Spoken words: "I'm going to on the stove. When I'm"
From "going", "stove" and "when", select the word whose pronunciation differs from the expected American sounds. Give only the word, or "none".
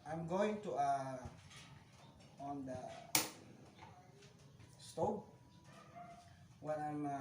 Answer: stove